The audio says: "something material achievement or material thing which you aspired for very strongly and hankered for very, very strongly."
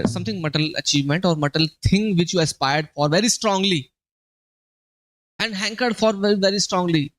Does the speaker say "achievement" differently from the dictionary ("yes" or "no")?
no